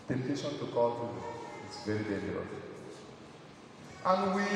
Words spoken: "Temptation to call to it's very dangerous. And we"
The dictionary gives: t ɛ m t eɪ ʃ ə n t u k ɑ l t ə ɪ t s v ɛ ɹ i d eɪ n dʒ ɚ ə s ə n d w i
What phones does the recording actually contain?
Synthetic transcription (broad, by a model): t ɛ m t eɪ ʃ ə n t u k ɑ l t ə ɪ t s v ɛ ɹ i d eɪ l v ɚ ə ə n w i